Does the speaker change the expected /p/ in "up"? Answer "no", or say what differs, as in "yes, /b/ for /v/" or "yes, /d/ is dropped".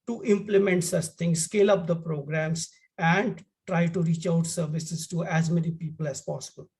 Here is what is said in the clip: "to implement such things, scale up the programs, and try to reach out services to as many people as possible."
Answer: no